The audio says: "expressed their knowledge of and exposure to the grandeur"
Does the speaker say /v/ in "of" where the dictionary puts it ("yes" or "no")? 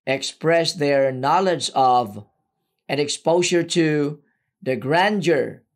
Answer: yes